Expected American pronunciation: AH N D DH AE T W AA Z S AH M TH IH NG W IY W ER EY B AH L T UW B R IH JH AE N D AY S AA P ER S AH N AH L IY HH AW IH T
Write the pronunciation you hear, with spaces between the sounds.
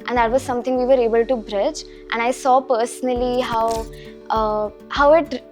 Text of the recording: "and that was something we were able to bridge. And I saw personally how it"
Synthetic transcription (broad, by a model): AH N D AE T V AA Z S AH M T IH NG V IY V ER EY B AH L T UW B R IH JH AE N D AY S AA P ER S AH N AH L IY HH AW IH T